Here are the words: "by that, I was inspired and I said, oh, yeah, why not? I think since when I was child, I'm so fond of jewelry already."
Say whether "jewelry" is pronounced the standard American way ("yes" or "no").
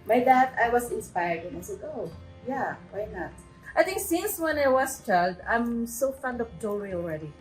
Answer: no